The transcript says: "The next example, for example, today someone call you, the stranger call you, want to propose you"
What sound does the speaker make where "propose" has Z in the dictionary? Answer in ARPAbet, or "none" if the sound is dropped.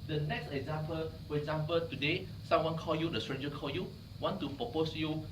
S